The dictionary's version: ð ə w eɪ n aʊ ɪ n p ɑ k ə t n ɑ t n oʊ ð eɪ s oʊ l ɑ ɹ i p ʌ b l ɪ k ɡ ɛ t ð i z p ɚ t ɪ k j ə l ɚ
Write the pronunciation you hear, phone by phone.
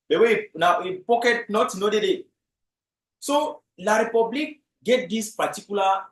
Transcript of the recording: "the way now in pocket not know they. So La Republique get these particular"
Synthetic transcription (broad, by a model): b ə w eɪ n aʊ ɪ p ɑ k ə t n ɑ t n oʊ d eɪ s oʊ l ɑ ɹ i p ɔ b l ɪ k ɡ ɛ t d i s p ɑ t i k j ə l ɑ